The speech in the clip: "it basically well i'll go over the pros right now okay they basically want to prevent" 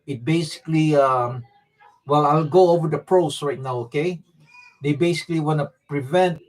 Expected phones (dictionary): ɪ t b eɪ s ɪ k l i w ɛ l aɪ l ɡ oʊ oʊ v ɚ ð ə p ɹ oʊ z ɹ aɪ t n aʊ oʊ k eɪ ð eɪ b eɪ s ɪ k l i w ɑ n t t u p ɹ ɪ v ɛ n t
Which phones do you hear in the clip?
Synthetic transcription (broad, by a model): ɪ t b eɪ s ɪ k l i w ɛ l aɪ l ɡ oʊ oʊ v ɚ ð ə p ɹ oʊ s ɹ aɪ t n aʊ oʊ k eɪ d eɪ b eɪ s ɪ k l i w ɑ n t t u p ɹ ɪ v ɛ n t